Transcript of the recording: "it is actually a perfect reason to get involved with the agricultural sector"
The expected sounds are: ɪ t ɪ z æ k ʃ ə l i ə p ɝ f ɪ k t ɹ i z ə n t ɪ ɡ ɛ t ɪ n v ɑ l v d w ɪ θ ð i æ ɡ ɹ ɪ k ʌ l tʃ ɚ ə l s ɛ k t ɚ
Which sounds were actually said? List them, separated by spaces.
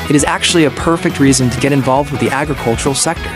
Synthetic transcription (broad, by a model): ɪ t ɪ z æ k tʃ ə l i ə p ɝ f ɪ k t ɹ i z ə n t ɪ ɡ ɛ t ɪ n v ɑ l v d w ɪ ð i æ ɡ ɹ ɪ k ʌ l tʃ ɚ l s ɛ k t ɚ